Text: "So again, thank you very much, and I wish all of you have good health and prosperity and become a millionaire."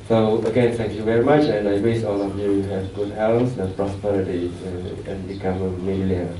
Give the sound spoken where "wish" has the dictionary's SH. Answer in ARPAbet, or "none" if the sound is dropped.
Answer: S